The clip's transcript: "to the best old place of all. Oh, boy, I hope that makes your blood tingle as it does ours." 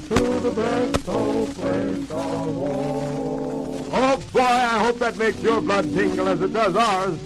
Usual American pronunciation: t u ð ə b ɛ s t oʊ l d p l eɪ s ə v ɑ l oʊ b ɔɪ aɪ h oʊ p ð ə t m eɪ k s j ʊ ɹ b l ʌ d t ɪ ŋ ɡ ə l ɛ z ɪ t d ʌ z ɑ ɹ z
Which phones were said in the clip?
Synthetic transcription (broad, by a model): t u ð ə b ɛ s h oʊ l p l eɪ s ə w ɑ oʊ b ɔɪ aɪ h oʊ p ð ə t m eɪ k s j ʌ ɹ b l ʌ d t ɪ ŋ ɡ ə l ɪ z ɪ t d ʌ z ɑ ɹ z